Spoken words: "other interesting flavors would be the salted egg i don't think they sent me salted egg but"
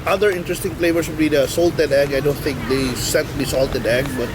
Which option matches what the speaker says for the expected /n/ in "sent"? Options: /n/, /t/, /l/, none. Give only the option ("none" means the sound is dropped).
none